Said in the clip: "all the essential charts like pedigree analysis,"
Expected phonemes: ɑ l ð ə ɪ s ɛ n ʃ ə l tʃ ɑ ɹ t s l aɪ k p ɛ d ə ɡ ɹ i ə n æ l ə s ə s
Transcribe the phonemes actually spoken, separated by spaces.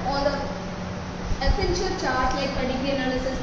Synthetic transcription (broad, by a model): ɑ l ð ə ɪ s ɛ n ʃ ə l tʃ ɑ ɹ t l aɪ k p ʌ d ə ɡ i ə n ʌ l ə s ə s